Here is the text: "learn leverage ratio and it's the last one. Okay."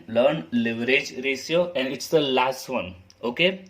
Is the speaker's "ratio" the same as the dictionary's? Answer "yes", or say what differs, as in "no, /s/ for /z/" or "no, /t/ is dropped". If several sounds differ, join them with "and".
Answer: no, /s/ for /ʃ/